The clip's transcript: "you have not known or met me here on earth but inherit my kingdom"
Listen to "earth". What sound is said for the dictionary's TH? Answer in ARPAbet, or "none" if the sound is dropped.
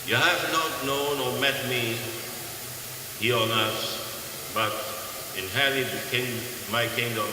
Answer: S